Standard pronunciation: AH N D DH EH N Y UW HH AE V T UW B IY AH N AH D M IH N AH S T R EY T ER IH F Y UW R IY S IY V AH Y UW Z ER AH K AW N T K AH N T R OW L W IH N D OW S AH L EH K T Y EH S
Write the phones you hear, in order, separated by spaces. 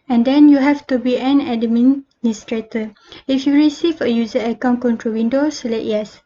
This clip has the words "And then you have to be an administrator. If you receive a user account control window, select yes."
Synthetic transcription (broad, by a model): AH N D EH N Y UW HH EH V T UW B IY AH N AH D M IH N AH S T R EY T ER IH F Y UW R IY S IY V AH Y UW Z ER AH K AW N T K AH N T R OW W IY N D OW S L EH T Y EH S